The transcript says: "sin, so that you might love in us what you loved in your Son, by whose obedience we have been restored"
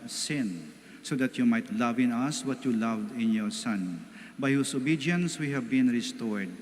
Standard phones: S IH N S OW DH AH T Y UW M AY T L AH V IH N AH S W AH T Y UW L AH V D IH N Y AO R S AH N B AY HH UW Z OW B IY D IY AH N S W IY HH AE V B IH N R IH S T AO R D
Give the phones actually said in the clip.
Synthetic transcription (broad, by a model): S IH N S OW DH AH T Y UW M AY T L AH V IH N AH S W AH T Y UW L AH V D IH N Y AO R S AH N B AY HH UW S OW B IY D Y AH N S W IY HH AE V B IH N R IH S T AO R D